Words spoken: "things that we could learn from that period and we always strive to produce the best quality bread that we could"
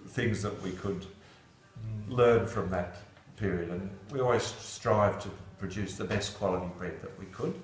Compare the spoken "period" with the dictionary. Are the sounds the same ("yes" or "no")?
yes